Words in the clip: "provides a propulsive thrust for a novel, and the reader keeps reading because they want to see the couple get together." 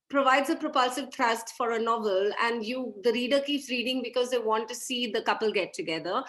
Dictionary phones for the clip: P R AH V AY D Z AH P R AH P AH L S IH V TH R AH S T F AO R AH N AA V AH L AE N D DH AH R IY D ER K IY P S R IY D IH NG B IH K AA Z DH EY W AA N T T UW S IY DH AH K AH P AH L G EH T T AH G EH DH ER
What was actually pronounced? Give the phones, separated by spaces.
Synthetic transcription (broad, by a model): P R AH V AY D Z AH P R AH P AH L S IH V T R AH S T F AO R AH N AA V AH L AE N D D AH R IY D ER K IY P S R IY D IH NG B IH K AA Z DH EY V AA N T T UW S IY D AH K AH P AH L G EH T T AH G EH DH ER